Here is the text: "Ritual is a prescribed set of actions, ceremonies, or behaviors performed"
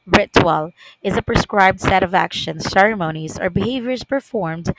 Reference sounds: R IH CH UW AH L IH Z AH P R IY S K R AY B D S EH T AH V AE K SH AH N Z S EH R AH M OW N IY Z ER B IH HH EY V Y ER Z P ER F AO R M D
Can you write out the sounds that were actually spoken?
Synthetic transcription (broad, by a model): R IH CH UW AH L IH Z AH P R IY S K R AY B D S EH T AH V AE K SH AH N S EH R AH M OW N IY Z ER B IH HH EY V Y ER Z P ER F AO R M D